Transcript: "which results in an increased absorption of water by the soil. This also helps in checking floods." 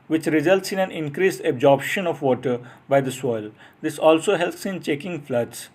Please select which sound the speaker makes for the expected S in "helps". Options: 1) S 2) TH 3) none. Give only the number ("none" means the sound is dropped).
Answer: 1